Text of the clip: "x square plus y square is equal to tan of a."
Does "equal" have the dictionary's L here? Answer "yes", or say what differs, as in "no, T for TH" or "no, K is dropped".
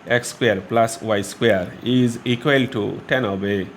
yes